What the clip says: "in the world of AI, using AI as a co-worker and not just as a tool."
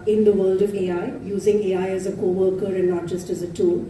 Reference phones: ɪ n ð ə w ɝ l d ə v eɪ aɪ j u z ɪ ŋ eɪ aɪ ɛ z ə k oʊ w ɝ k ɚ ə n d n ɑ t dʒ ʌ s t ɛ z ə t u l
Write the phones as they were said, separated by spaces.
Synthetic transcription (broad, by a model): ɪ n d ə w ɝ l d ə v eɪ aɪ j u z ɪ ŋ eɪ aɪ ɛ z ə k oʊ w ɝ k ɚ ə n d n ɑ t dʒ ʌ s t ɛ z ə t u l